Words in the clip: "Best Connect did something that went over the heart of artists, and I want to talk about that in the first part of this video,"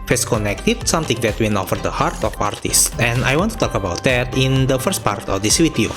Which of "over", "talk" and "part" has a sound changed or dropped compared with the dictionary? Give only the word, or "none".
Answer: over